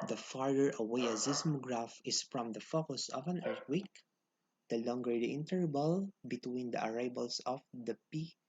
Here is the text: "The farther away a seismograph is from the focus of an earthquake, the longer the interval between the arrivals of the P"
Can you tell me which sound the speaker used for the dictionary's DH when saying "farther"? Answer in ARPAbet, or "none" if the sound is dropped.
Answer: none